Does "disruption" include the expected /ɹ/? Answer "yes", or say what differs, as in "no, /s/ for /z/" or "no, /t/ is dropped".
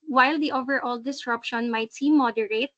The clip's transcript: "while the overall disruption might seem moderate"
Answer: yes